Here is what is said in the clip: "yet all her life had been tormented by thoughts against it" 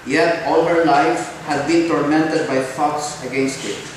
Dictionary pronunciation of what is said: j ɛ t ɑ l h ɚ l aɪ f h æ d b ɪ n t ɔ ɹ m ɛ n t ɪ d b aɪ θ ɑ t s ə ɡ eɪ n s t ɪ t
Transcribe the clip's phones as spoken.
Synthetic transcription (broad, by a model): j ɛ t ɑ l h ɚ l aɪ f h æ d b ɪ n t ɔ ɹ m ɛ n t ɪ d b aɪ f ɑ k s ə ɡ eɪ n s t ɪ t